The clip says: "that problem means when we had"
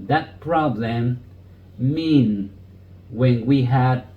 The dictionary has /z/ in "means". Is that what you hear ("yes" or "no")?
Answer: no